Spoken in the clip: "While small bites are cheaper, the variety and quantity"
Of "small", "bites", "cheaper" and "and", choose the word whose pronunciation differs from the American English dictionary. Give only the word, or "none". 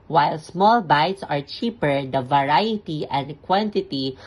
none